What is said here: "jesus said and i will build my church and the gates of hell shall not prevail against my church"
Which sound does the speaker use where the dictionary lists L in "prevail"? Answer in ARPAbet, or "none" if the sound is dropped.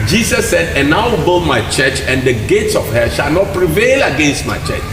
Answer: L